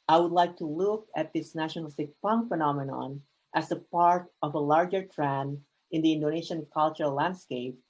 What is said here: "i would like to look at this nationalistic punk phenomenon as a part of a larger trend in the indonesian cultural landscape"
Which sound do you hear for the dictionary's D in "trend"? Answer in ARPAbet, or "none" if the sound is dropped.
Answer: none